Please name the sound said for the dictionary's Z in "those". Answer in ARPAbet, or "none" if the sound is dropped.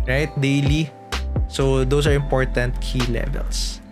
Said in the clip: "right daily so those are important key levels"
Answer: S